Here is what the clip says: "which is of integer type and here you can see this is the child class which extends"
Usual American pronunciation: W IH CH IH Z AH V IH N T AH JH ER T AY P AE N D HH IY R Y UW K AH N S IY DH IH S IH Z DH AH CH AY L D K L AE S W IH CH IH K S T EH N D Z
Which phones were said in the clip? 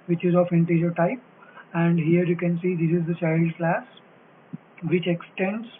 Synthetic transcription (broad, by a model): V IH CH IH Z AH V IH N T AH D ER T AY P AE N D HH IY R Y UW K AH N S IY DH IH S IH Z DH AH S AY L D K L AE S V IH CH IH K S T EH N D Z